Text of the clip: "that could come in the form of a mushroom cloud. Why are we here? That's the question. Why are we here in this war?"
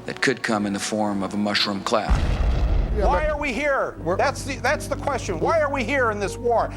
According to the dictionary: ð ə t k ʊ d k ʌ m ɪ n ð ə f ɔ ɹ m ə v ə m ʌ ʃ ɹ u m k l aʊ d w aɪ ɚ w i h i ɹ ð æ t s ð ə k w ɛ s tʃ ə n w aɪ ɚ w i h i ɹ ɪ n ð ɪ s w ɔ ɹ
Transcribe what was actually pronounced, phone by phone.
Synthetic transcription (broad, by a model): ð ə t k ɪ d k ʌ m ɪ n ð ə f ɔ ɹ m ə v ə m ʌ ʃ ɹ u m k l aʊ d w aɪ ɚ w i h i ɹ ð æ t s ð ə k w ɛ s tʃ ə n w aɪ ɚ w i h i ɹ ɪ n ð ɪ s w ɔ ɹ